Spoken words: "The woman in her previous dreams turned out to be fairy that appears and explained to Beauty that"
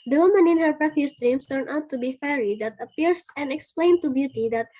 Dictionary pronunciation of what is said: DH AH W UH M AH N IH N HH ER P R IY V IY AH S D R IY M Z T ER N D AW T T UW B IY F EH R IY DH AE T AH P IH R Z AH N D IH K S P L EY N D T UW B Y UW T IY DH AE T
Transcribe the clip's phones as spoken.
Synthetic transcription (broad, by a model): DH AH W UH M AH N IH N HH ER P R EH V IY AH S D R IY M S T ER N AW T T UW B IY F EH R IY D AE T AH P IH R S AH N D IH K S P L EY N T UW B Y UW T IY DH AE T